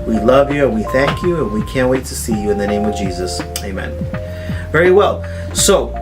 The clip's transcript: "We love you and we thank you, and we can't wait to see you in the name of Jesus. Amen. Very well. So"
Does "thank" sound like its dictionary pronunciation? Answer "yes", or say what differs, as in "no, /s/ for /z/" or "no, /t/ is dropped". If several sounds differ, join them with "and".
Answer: yes